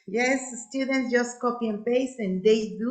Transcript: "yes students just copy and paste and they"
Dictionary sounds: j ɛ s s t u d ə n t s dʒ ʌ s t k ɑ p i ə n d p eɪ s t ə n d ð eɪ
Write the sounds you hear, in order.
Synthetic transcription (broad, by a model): j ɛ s s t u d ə n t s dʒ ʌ s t k ɑ p i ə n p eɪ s ə n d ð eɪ